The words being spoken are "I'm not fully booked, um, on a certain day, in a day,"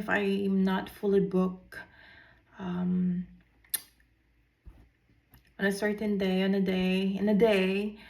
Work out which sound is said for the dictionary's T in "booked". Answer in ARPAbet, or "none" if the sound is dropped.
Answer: none